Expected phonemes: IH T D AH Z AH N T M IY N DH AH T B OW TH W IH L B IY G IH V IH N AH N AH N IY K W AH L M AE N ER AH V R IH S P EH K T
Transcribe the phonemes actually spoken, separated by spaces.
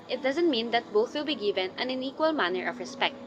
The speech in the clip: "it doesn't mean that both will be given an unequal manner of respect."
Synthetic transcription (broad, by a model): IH T D AH Z AH N T M IY N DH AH T B OW TH W IH L B IY G IH V IH N AH N AH N IY K W AH L M AE N ER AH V R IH S P EH K T